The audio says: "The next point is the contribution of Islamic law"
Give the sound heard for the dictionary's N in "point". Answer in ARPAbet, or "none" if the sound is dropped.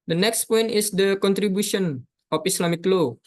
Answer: N